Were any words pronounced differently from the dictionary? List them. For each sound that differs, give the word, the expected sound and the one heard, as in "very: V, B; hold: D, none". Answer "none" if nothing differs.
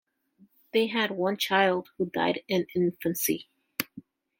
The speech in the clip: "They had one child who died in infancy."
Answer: none